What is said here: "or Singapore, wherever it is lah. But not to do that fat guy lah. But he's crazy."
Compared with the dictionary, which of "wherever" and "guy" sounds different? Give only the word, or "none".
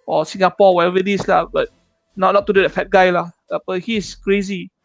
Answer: wherever